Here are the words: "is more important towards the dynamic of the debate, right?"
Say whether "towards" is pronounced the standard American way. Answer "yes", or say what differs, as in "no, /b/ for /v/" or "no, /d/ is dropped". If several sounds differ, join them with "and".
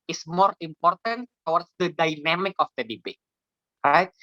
no, /w/ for /ɹ/